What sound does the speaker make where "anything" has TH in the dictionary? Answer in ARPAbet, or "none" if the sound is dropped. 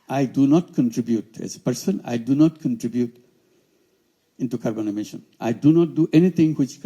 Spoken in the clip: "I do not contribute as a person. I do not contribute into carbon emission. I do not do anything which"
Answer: T